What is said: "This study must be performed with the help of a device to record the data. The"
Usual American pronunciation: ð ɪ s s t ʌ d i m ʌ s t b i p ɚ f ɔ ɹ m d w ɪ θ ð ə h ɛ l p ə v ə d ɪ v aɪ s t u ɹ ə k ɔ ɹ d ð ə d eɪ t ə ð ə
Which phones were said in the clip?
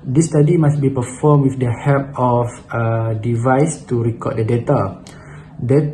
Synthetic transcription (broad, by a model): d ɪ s s t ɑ d i m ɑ s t b i p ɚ f ɔ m w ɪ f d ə h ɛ p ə f ə d ɪ v aɪ s t u ɹ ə k ɔ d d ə d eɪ t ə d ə